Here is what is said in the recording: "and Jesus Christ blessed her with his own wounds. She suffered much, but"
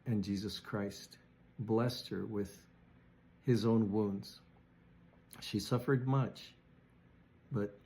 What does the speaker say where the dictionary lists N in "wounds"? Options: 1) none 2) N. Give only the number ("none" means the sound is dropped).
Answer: 2